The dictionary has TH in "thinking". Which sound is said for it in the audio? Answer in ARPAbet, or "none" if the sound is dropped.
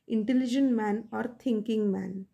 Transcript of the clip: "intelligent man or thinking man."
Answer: T